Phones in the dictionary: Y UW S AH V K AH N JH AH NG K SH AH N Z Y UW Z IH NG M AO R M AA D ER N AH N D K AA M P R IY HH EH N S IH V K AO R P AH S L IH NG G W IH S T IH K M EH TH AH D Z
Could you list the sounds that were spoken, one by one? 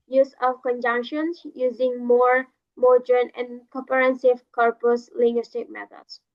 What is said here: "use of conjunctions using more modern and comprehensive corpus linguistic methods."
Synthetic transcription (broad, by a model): Y UW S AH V K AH N JH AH NG K SH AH N S Y UW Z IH NG M AO R M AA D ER N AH N K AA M P IY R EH N S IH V K AO R P AH S L IH NG G W IH S T IH K M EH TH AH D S